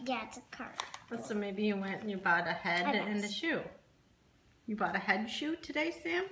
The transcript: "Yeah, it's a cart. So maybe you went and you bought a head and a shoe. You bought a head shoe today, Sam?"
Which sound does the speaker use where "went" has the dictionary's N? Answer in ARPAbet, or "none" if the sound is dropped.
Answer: N